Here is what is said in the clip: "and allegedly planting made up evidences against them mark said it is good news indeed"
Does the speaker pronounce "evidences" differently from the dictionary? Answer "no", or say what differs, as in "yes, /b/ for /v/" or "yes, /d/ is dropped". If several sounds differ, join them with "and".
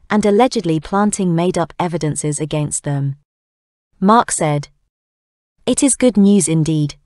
no